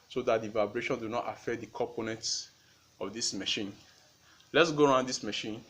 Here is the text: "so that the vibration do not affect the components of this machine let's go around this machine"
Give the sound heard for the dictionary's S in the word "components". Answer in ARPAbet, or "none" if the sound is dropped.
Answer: S